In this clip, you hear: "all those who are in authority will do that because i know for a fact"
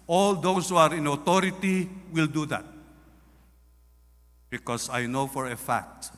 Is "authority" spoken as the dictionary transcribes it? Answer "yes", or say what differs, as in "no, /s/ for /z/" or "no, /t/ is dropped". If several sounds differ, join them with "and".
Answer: no, /t/ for /θ/